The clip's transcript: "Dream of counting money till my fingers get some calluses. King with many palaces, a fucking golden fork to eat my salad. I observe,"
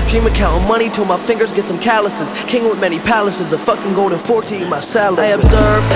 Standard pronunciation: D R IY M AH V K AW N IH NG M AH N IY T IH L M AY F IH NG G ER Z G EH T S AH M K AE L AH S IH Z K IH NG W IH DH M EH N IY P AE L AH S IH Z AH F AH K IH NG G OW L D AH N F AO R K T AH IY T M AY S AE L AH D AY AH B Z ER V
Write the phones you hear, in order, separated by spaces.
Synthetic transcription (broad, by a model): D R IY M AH K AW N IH M AH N IY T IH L M AY F IH NG G ER Z G EH T S AH M K AE L AH S IH Z K IH NG W IH DH M EH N IY P AE L AH S IH Z AH F AH K IH NG G OW L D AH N F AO R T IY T M AY S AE L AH IH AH B Z ER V